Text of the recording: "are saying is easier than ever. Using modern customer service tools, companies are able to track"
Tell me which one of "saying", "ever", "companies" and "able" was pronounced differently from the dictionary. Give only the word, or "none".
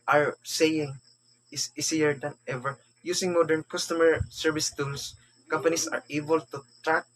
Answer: companies